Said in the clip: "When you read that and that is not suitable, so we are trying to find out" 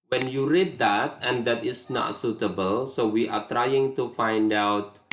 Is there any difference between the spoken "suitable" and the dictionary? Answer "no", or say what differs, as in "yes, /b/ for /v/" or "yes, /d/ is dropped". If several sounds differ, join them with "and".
no